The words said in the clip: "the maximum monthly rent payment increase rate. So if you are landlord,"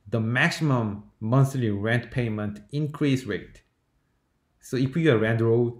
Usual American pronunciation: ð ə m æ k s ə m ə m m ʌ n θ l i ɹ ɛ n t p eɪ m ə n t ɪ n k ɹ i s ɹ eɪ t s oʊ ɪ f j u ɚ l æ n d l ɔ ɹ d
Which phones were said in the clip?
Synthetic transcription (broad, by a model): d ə m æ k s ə m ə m m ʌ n s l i ɹ ɛ n t p eɪ m ə n t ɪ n k ɹ i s ɹ eɪ t s oʊ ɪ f j u ɚ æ n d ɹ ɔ